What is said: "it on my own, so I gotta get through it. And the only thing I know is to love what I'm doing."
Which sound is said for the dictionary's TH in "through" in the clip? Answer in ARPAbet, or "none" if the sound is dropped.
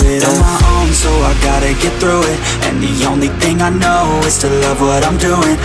TH